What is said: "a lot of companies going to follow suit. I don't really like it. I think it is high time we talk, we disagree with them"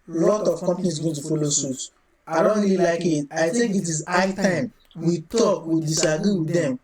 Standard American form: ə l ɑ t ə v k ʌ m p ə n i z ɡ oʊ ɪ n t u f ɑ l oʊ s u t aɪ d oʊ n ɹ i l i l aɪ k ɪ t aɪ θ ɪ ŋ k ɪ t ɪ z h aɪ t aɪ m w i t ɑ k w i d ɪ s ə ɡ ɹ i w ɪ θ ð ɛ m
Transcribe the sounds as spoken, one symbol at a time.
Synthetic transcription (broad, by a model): l ɑ t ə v k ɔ m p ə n i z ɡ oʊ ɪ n t u f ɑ l oʊ s u t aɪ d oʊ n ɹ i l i l aɪ k ɪ t aɪ t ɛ k ɪ t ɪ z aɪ t aɪ m w i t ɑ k w i d ɪ s ə ɡ ɹ i w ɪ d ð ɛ m